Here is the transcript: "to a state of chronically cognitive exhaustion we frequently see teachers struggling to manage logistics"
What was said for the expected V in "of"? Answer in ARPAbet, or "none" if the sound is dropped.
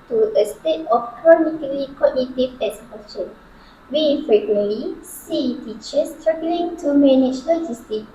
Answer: F